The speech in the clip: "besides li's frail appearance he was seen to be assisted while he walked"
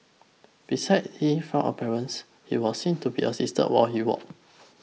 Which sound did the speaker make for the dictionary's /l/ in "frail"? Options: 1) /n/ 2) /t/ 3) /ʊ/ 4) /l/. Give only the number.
1